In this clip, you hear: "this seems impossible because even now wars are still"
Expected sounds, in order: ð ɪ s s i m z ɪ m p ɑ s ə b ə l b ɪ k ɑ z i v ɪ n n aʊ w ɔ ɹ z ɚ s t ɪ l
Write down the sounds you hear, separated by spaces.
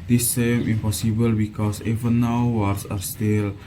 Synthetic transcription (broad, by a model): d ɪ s s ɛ m ɪ m p ɑ s ə b ə l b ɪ k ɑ s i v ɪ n n aʊ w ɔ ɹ s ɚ s t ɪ l